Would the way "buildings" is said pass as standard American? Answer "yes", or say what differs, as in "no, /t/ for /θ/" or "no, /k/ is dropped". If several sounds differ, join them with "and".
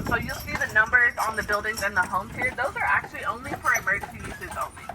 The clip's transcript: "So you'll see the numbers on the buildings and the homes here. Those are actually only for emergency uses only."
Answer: yes